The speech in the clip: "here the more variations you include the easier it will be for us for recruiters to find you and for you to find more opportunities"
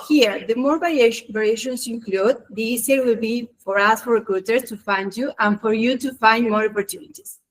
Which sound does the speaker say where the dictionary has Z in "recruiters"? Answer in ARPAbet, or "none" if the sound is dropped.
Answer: S